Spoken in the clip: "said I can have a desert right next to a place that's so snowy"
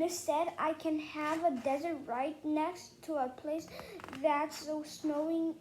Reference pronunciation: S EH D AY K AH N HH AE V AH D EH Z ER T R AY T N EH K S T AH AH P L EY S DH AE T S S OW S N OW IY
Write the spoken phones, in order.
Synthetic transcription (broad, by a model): S EH D AY K AH N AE V AH D EH Z ER T R AY T N EH K S T AH AH P L EY S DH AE T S S OW S N OW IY